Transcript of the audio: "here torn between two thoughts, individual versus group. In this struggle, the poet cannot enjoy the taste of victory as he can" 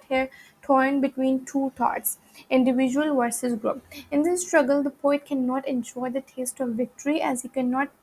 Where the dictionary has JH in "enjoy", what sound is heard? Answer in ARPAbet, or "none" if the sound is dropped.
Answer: SH